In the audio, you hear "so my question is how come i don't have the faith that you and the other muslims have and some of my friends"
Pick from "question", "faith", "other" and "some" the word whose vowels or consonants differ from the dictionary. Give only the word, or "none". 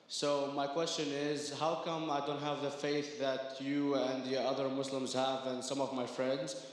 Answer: none